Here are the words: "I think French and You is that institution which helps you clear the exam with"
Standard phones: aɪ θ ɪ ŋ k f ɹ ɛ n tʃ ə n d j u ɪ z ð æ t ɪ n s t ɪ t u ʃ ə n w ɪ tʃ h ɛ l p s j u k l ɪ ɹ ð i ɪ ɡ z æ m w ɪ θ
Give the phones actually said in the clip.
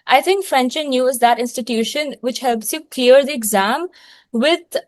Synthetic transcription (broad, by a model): aɪ t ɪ ŋ k f ɹ ɛ n tʃ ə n j u ɪ z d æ t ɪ n s t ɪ t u ʃ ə n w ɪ tʃ h ɛ l p s j u k l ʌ ɹ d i ɪ ɡ z æ m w ɪ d